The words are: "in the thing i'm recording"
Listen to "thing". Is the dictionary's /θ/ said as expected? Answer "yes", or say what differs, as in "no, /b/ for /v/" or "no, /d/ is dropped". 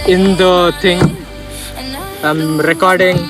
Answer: no, /t/ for /θ/